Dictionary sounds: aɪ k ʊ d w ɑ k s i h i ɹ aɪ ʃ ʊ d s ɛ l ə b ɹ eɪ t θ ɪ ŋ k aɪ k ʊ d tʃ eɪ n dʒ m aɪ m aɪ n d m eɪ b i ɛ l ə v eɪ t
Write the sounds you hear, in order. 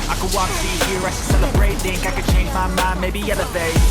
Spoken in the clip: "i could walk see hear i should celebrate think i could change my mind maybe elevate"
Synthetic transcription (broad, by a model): aɪ k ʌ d w ɑ k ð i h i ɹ aɪ s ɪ s ɛ l ə b ɹ eɪ t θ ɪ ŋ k aɪ k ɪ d tʃ eɪ n dʒ m aɪ m aɪ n m eɪ b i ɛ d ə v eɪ